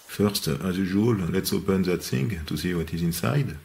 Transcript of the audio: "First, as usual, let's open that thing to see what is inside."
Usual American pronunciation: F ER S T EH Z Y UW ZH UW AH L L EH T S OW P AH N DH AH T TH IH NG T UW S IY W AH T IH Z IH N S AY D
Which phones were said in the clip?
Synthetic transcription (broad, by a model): F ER S T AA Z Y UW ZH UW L L EH T S OW P AH N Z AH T S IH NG T UW S IY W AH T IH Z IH N S AY D